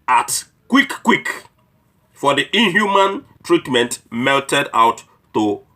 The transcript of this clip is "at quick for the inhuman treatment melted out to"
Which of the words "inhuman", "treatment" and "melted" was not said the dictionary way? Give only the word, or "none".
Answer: none